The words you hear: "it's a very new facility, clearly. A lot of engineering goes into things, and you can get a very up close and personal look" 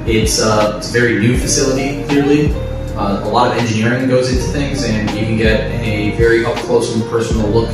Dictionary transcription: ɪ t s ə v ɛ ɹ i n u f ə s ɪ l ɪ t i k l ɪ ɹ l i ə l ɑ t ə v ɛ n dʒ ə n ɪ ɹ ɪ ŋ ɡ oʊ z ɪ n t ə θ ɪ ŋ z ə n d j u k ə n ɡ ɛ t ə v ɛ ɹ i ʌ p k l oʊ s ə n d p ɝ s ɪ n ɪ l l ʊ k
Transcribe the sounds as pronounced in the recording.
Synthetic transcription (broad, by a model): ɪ t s ə v ɛ ɹ i n u f ə s ɪ l ɪ t i k l ɪ ɹ l i ə l ɑ t ə v ɛ n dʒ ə n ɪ ɹ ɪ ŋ ɡ oʊ z ɪ n t ə θ ɪ ŋ z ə n j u k ə n ɡ ɛ t ə v ɛ ɹ i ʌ f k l oʊ ə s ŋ p ɝ s n l l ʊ k